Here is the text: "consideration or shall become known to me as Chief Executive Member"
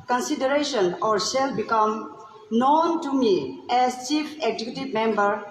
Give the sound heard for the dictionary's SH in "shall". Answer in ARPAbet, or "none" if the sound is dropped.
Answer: S